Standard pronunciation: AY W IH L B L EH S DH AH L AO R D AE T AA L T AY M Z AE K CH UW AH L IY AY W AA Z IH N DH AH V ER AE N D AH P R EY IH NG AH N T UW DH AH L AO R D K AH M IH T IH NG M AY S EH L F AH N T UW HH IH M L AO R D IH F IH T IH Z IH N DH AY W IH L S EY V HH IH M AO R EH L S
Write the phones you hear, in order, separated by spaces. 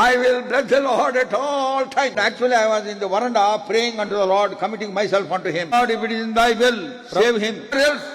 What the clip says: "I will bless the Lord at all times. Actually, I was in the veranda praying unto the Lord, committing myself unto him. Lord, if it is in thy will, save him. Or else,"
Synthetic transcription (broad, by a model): AY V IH L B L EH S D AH L AO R D AE T AA L T AY M AE K CH UW AH L IY AY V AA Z IH N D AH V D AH N D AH P R EY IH NG AH N T UW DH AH L AO R D K AH M IH T IH NG M AY S EH L F AH N T UW HH IH M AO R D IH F IH T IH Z IH N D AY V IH L S EY V HH IH M R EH L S